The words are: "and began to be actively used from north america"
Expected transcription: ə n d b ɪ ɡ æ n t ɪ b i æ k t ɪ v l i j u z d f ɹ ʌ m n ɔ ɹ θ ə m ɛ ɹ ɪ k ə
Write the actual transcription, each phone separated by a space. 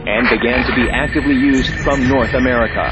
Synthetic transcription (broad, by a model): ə n b ɪ ɡ æ n t ɪ b i æ k t ɪ v l i j u z d f ɹ ʌ m n ɔ ɹ θ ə m ɛ ɹ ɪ k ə